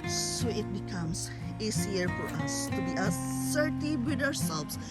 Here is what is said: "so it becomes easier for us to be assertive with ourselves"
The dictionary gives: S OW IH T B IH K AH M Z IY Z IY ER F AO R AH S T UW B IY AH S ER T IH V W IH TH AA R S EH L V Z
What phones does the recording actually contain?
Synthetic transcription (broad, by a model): S OW IH T B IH K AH M S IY S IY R F AO R AH S T UW B IY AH S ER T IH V W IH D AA R S EH L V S